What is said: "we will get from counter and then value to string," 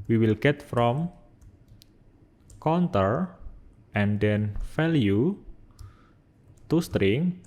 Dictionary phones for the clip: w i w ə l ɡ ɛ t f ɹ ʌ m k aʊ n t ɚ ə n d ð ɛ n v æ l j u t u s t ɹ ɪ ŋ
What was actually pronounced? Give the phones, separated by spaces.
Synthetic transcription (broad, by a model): w i w ə l ɡ ɛ t f ɹ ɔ m k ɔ n t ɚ ə n d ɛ n f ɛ l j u t u s t ɹ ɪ ŋ